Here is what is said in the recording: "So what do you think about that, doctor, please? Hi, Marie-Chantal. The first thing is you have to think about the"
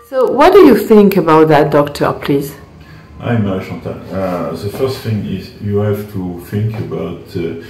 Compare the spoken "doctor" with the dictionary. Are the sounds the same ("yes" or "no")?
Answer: yes